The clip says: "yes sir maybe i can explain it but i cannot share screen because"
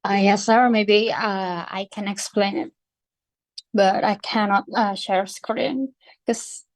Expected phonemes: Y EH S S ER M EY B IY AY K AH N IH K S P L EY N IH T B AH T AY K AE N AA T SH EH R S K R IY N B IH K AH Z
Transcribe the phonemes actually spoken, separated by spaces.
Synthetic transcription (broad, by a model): Y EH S S ER M EY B IY AY K AH N IH K S P L EY N IH T B AH T AY K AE N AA T SH EH R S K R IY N K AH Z